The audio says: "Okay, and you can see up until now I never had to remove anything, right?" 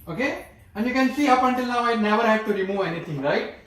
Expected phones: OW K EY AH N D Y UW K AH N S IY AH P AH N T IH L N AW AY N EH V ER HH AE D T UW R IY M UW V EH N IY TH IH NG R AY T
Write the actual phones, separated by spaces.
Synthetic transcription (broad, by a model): OW K EY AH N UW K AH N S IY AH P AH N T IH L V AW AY N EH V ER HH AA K T UW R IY M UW EH N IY T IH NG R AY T